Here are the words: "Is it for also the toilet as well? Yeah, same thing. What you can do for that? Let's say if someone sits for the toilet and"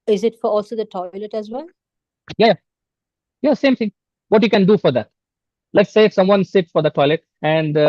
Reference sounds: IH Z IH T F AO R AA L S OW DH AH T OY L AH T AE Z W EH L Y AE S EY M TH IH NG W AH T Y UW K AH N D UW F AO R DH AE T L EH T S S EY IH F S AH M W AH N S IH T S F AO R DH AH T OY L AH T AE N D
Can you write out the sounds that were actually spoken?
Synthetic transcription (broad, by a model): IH Z IH T F AO R AA L S OW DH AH T OY L AH T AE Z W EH L Y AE S EY M T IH NG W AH T Y UW K AH N D UW F AO R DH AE T L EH T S S EY IH F S AH M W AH N S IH T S F AO R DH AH T OY L AH T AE N D